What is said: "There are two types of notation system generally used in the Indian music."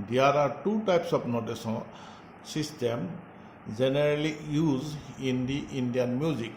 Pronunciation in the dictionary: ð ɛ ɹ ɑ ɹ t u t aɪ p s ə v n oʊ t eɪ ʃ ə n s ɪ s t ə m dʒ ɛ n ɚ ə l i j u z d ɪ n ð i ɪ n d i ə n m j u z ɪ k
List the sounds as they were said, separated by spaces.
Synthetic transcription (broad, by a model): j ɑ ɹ ɑ ɹ t u t aɪ p s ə p n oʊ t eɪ s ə s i s t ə m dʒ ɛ n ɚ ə l i j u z ɪ n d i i n d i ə n m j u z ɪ k